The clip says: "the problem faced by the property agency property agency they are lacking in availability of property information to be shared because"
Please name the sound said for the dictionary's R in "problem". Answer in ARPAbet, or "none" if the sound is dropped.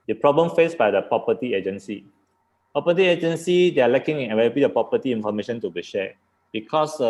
R